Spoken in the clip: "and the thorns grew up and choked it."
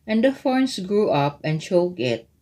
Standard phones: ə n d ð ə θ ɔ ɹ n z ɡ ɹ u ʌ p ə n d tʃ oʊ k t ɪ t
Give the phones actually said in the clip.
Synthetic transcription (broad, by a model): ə n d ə f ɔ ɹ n s ɡ ɹ u ʌ p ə n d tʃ oʊ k ɪ t